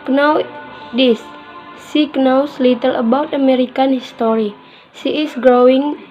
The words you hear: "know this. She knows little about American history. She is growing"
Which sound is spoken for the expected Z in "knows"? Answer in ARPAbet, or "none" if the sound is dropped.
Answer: S